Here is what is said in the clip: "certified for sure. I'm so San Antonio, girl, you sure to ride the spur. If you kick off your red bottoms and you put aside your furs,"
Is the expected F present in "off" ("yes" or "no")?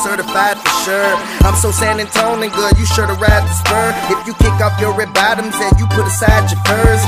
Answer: no